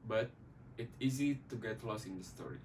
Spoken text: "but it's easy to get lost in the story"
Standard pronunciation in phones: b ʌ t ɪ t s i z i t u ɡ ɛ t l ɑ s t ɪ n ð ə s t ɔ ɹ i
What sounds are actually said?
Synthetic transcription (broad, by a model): b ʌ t ɪ t s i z i t u ɡ ɛ t l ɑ s ɪ n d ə s t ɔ ɹ i